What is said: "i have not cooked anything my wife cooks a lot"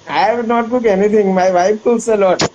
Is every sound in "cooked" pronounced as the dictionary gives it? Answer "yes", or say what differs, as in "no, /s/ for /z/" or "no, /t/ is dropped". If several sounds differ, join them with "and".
no, /t/ is dropped